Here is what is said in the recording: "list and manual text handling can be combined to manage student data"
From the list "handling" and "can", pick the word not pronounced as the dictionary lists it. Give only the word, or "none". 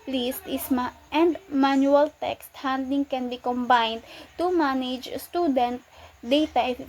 handling